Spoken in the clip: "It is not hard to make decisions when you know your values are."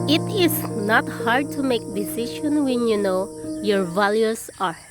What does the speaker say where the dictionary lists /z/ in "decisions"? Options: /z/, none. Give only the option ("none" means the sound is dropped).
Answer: none